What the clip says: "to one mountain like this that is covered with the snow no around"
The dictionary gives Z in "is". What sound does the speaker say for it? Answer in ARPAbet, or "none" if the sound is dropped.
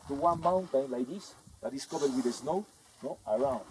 S